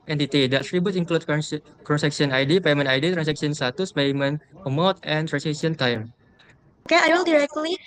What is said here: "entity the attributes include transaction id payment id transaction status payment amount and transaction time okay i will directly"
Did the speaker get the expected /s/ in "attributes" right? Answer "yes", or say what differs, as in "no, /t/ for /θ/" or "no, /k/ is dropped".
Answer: no, /s/ is dropped